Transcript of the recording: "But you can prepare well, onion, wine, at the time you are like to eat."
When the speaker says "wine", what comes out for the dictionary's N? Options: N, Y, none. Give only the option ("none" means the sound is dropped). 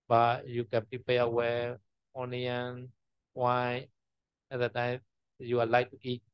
none